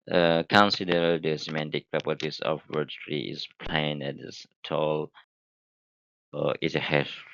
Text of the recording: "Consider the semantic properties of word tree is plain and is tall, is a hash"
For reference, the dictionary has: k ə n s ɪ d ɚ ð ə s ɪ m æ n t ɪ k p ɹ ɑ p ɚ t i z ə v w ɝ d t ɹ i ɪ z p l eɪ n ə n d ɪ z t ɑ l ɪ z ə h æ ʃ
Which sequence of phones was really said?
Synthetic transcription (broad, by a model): k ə n s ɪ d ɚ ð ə s ɪ m æ n t ɪ k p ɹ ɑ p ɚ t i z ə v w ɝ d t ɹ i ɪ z p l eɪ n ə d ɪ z t ɑ l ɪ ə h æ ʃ